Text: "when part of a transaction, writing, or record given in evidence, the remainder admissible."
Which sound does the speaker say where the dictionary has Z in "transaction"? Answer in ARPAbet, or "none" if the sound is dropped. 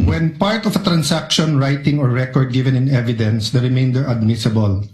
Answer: S